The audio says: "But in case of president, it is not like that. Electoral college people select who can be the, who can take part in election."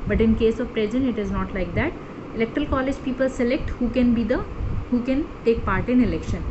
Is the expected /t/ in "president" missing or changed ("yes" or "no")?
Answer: yes